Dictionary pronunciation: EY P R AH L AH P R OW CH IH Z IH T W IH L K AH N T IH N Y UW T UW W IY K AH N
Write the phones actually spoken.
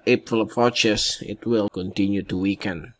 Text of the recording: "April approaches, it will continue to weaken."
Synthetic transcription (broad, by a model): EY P R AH L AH P R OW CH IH S IH T W IH L K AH N T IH N Y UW T UW W IY K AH N